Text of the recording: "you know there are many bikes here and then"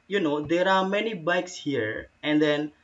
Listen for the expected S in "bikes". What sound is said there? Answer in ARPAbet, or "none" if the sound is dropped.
S